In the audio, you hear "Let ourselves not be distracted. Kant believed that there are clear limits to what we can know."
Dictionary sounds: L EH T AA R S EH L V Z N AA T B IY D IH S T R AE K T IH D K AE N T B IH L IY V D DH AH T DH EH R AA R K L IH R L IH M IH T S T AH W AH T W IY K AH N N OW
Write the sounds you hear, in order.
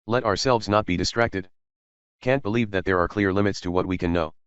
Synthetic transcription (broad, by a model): L EH T AA R S EH L V Z N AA T B IY D IH S T R AE K T IH D K AE N T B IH L IY V DH AH T DH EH R AA R K L IH R L IH M IH T S T AH W AH T W IY K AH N N OW